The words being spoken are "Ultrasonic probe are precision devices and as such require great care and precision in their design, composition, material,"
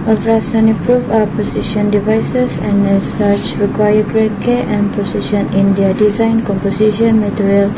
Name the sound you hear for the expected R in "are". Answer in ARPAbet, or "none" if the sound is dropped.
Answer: W